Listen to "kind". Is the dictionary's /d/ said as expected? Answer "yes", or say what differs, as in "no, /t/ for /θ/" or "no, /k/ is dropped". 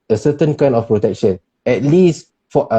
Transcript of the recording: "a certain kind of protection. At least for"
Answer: no, /d/ is dropped